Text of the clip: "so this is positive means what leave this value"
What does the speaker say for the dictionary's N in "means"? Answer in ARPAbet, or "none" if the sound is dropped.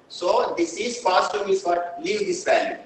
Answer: none